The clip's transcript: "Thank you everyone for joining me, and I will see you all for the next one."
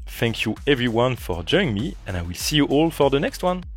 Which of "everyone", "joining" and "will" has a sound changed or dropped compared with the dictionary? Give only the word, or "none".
joining